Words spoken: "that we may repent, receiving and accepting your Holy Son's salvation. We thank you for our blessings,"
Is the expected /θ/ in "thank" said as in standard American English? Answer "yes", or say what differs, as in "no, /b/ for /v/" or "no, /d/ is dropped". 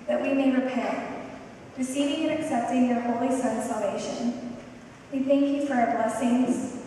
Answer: yes